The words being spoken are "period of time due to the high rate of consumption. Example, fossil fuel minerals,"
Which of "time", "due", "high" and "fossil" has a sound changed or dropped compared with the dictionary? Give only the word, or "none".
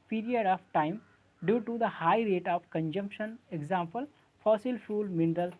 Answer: none